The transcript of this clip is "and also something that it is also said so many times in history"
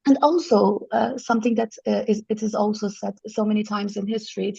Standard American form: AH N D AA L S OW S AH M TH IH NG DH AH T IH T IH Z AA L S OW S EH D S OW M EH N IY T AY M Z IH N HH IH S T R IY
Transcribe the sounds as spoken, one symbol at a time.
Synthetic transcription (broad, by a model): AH N AA L S OW S AH M TH IH NG DH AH T IH T IH Z AA L S OW S EH D S OW M EH N IY T AY M Z IH N HH IH S T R IY